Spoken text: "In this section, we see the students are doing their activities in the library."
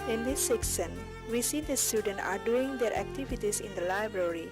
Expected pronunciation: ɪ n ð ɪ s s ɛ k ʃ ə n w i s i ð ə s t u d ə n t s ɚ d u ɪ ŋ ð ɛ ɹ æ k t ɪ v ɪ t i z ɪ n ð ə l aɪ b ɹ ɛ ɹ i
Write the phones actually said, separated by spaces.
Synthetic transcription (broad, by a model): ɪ n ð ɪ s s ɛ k s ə n w i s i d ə s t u d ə n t ɑ d u ɪ ŋ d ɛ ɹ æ k t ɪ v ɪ t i s ɪ n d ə l aɪ b ɹ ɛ ɹ i